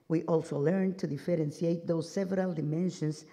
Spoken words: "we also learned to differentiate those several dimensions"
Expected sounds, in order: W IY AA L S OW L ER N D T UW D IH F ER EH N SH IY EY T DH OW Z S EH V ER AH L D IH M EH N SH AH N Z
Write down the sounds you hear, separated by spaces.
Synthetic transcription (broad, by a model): W IY AA L S OW L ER N T UW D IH F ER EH N S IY EY T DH OW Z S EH V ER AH L D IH M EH N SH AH N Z